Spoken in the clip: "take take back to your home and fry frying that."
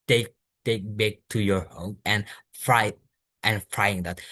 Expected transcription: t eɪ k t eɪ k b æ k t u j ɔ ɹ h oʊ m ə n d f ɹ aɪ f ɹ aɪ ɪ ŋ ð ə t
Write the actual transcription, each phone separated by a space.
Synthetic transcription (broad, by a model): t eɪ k t eɪ k b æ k t u j ɔ ɹ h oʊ ə n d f ɹ aɪ f ɹ aɪ ɪ ŋ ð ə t